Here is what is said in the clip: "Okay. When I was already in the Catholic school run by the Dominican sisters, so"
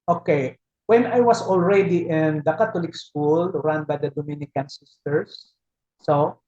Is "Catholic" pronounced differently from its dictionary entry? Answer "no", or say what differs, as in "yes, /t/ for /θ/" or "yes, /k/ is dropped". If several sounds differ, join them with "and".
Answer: yes, /t/ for /θ/